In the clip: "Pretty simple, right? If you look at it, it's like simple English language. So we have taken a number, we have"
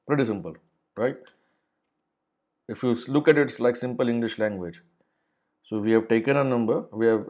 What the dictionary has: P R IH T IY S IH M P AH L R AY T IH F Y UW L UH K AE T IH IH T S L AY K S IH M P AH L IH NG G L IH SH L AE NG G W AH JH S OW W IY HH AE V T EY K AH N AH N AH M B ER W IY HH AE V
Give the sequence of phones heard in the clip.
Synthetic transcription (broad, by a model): P R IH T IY S IH M P AH L R AY T IH F Y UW L UH K AE T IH IH T S L AY K S IH M P AH L IH NG G L IH SH L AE NG G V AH JH S OW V IY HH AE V T EY K AH N AH N AH M B ER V IY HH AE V